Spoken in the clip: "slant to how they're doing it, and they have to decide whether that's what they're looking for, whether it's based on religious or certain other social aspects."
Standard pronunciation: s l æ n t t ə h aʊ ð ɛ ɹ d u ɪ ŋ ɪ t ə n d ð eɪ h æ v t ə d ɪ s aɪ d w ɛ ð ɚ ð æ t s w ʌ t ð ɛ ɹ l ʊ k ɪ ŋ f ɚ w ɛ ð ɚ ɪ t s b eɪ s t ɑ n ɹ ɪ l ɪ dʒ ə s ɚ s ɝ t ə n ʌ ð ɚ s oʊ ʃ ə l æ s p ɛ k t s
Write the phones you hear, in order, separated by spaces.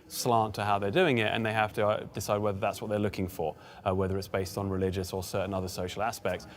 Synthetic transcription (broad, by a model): s l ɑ n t t ə h aʊ ð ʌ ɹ d u ɪ ŋ ɪ t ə n ð eɪ h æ f t ə d ɪ s aɪ d w ɛ ð ɚ ð æ t s w ʌ t ð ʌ ɹ l ʊ k ɪ ŋ f ɚ w ɛ ð ɚ ɪ t s b eɪ s t n ɹ ɪ l ɪ dʒ ə s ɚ s ɝ t n ʌ ð ɚ s oʊ ʃ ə l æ s p ɛ k t s